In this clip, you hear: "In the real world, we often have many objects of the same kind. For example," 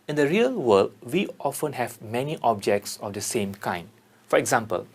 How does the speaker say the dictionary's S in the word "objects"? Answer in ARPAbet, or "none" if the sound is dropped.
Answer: S